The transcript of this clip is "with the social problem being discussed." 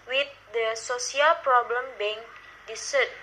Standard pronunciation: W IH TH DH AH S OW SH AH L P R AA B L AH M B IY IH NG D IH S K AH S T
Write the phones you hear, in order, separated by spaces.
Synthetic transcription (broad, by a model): W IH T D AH S OW S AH L P R AA B L AH M B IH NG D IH S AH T